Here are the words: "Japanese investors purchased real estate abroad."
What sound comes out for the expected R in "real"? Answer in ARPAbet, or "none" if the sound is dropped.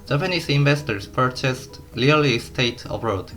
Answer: L